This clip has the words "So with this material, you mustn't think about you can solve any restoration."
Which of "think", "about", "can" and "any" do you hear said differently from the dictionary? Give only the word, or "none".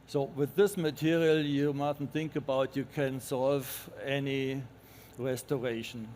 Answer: none